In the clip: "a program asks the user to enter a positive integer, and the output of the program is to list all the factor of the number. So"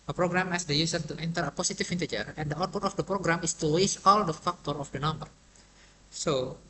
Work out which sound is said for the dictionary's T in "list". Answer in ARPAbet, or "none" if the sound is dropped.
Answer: none